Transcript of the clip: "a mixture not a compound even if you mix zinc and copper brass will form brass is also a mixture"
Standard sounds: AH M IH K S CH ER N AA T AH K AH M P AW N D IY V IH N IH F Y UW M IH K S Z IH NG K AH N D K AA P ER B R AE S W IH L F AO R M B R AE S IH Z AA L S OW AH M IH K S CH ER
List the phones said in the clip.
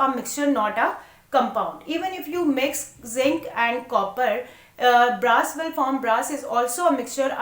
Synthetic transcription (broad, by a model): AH M IH K S CH ER N AA T AH K AH M P AW N D IY V IH N IH F Y UW M IH K S Z IH NG K AH N D K AA P ER B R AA S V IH L F AO R M B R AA S IH Z AA L S OW AH M IH K S CH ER